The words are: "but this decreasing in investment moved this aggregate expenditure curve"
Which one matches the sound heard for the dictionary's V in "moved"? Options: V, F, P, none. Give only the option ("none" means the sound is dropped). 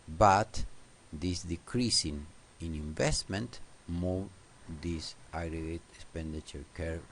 none